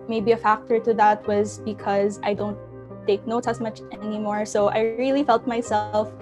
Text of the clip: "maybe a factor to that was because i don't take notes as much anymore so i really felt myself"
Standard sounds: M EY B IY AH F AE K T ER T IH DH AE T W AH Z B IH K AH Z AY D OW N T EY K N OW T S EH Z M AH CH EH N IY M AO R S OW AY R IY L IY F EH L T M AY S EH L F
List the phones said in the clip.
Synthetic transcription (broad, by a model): M EY B IY AH F AE K T ER T IH DH AE T W AH Z B IH K AH Z AY D OW N T EY K N OW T EH S M AH CH EH N IY M AO R S OW AY R IY L IY F EH L T M AY S EH L F